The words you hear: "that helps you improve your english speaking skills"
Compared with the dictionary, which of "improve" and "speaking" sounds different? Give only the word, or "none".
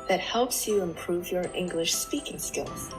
none